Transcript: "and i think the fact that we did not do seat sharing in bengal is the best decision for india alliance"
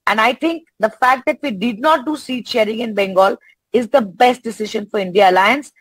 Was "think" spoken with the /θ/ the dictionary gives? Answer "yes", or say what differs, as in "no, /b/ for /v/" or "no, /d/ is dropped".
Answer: no, /t/ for /θ/